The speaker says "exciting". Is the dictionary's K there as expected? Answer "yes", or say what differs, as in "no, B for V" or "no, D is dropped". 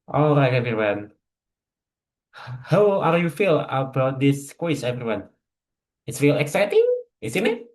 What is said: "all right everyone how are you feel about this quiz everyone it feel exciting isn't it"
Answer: yes